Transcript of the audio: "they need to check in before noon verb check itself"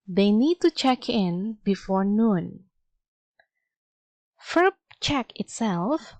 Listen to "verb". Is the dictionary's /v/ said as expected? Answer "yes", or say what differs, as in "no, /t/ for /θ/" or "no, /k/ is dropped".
no, /f/ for /v/